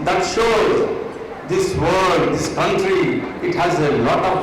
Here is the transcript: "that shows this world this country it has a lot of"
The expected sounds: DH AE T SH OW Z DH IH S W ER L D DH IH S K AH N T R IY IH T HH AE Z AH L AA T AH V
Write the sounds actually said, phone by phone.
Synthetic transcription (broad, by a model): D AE T SH OW Z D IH S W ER L D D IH S K AH N T R IY IH T HH AE Z AH L AA T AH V